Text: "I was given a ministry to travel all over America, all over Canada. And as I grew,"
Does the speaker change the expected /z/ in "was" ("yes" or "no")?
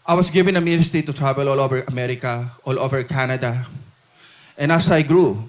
yes